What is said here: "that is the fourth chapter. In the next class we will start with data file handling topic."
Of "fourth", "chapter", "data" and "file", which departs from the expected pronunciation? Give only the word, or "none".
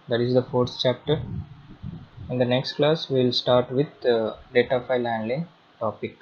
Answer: fourth